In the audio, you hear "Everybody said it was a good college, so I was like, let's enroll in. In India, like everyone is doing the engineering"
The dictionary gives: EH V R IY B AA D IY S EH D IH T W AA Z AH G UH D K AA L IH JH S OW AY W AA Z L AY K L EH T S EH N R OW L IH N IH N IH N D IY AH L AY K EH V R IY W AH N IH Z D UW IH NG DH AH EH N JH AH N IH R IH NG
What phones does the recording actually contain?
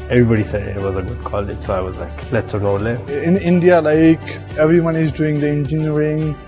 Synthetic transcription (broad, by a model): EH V R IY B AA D IY S EH D IH T W AA Z AH G UH D K AA L IH JH S OW AY W AA Z L AY K L EH T S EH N OW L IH IH N IH N D IY AH L AY K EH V R IY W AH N IH Z D UW IH NG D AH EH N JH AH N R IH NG